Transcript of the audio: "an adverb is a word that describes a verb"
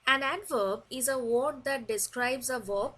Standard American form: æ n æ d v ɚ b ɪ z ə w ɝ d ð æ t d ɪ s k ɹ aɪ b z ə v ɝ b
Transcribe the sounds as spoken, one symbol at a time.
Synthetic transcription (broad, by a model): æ n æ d v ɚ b ɪ z ə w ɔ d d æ t d ɪ s k ɹ aɪ b z ə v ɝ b